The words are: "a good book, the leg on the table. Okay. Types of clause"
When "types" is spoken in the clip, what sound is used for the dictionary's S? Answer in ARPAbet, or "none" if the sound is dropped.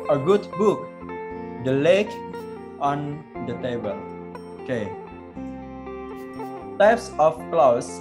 S